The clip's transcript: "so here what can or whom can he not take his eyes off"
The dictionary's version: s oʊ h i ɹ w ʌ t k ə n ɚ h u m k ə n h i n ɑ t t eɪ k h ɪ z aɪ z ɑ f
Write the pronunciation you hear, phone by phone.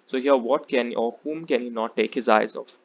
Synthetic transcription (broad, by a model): s oʊ h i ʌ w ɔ t k ə n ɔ h u m k ə n h i n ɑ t t eɪ k h ɪ z aɪ z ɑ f